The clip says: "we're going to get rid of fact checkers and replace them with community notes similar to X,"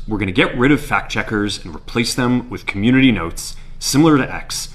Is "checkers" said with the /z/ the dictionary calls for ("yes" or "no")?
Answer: yes